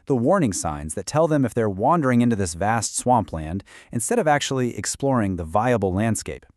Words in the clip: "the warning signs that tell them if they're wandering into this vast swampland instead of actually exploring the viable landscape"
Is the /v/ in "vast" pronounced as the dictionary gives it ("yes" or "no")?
yes